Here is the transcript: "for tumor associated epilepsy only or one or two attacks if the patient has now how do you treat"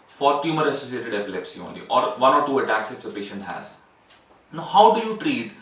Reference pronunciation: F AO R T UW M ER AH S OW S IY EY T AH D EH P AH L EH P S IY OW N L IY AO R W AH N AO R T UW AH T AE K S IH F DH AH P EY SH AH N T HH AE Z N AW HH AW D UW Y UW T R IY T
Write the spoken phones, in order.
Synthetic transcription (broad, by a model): F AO R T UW M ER AH S OW S IY EY T AH D EH P AH L EH P S IY OW N L IY AO R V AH N AO R T UW AH T AE K S IH F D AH P EY SH AH N T HH AE Z N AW HH AW D UW Y UW T R IY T